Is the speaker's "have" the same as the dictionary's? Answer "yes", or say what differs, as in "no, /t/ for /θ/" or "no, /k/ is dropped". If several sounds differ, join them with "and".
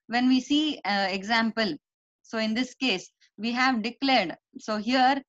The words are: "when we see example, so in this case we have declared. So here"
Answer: yes